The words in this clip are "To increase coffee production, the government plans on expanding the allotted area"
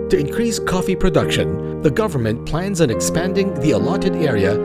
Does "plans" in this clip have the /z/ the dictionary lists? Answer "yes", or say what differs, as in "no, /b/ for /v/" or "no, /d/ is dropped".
yes